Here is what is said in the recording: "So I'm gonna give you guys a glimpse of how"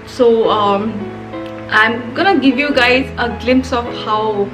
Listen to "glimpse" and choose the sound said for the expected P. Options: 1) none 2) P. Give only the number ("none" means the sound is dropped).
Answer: 2